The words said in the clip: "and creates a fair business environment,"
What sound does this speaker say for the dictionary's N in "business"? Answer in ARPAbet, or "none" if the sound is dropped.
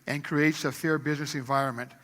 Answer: N